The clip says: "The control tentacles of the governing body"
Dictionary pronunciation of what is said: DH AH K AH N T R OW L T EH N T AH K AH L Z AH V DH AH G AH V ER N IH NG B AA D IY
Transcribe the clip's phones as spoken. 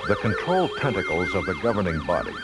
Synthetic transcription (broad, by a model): DH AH K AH N T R OW L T EH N T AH K L Z AH V DH AH G AH V ER N IH NG B AA D IY